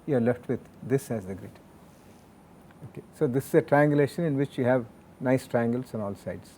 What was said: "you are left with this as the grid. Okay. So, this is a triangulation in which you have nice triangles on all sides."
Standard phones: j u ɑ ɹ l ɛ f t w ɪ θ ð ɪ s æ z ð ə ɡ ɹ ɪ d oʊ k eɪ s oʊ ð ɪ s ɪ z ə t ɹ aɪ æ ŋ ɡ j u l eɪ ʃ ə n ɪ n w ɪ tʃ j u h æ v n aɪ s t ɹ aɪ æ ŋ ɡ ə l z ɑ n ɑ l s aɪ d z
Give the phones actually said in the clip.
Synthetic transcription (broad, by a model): j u ɑ ɹ l ɛ f t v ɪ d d ɪ s æ z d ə ɡ ɹ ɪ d oʊ k eɪ s oʊ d ɪ s ɪ z ə t ɹ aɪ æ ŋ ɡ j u l eɪ ʃ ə n ɪ n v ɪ tʃ j u h æ v n aɪ s t ɹ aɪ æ ŋ ɡ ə l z ɑ n ɑ l s aɪ d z